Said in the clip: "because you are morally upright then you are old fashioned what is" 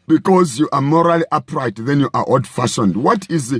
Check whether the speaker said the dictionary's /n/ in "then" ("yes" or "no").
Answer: yes